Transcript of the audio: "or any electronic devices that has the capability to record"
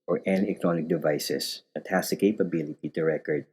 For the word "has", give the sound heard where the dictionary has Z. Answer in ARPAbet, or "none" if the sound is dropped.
S